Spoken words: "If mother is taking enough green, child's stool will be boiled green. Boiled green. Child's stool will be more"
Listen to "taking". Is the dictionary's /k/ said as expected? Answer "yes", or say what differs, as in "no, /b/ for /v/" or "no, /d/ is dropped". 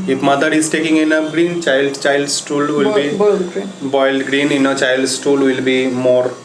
yes